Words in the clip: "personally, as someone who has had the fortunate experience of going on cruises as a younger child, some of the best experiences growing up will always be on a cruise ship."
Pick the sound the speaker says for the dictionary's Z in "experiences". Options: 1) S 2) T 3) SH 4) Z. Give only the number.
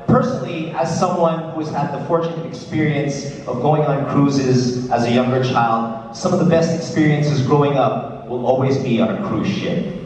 4